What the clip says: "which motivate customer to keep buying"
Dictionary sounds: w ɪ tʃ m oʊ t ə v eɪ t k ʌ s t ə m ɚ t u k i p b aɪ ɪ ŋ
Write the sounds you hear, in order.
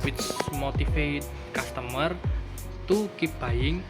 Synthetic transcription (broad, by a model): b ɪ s m oʊ t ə f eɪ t k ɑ s t ə m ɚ t u k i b aɪ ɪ ŋ